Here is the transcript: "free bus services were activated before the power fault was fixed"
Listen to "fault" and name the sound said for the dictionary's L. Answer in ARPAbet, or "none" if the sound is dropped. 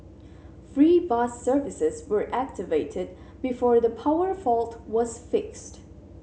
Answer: L